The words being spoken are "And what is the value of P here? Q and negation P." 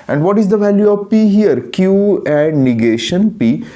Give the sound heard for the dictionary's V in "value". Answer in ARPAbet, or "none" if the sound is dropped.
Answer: V